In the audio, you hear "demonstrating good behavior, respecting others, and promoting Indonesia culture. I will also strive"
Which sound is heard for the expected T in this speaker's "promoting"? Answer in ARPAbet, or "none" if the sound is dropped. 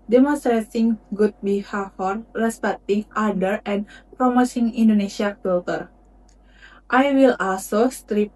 S